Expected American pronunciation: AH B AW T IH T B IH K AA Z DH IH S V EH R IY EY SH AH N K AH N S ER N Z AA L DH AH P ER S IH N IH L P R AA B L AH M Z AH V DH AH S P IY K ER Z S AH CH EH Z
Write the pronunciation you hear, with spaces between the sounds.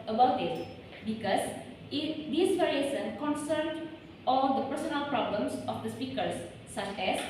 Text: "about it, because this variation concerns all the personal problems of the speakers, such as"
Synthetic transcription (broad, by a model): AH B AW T IH T B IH K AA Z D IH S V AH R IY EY S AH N K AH N S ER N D AA L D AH P ER S IH N IH L P R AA B L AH M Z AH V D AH S P IY K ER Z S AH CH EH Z